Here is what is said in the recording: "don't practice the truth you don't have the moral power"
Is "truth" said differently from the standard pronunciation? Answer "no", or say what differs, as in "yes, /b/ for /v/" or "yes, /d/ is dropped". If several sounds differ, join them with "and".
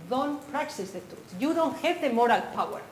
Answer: yes, /ɹ/ is dropped and /s/ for /θ/